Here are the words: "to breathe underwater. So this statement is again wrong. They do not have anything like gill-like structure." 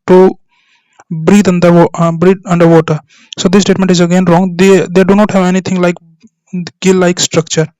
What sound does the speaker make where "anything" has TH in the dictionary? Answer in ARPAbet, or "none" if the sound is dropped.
T